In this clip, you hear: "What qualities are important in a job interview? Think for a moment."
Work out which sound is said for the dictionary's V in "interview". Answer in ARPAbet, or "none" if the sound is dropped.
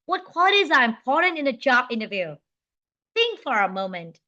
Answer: V